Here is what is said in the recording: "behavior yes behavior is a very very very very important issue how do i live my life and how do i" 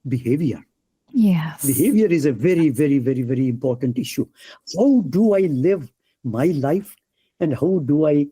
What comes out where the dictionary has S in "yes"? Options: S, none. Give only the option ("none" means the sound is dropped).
none